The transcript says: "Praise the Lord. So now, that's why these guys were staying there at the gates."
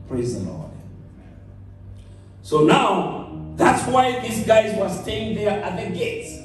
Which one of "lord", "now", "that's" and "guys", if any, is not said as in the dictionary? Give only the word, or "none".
lord